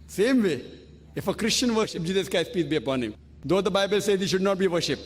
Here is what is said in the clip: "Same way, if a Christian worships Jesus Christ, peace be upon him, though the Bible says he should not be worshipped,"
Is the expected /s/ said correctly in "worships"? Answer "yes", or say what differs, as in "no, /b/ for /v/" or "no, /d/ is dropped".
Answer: no, /s/ is dropped